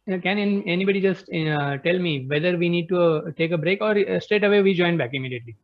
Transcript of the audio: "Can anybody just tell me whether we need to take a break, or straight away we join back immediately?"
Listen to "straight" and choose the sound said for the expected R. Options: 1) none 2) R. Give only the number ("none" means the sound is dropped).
1